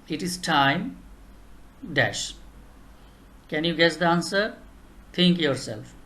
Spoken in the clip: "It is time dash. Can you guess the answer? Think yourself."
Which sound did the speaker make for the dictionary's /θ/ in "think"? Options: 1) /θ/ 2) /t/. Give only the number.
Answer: 2